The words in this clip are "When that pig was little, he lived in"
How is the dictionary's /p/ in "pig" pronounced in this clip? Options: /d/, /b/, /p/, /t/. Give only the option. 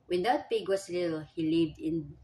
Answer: /p/